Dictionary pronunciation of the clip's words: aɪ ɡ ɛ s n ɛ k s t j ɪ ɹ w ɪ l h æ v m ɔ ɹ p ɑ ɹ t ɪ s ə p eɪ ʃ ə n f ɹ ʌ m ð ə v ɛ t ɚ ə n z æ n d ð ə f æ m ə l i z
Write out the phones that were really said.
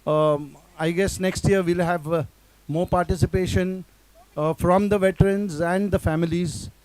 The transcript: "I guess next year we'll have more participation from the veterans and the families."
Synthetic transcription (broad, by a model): aɪ ɡ ɛ s n ɛ k s t j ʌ ɹ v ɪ l h æ v m ɔ ɹ p ɑ ɹ t ɪ s ə p eɪ ʃ ə n f ɹ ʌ m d ə v ɛ t ɚ ə n z æ n d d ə f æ m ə l i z